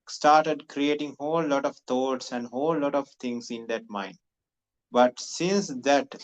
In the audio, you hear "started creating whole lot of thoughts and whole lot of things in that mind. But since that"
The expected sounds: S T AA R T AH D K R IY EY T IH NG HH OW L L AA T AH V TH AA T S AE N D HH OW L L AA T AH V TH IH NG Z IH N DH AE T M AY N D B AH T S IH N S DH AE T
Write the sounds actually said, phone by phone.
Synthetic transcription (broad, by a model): S T AA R T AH D K R IY EY T IH NG HH OW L L AA T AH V T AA T S AE N D HH OW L L AA T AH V T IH NG S IH N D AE T M AY N D B AH T S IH N S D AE T